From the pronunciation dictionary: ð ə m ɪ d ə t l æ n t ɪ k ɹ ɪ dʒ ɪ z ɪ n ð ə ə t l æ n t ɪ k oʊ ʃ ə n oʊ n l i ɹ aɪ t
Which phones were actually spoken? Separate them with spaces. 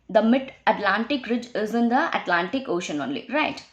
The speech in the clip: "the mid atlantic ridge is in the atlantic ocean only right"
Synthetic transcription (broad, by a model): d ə m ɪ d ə t l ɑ n t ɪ k ɹ ɪ dʒ ɪ z ɪ n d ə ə t l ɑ n t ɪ k oʊ ʃ ə n oʊ n l i ɹ aɪ t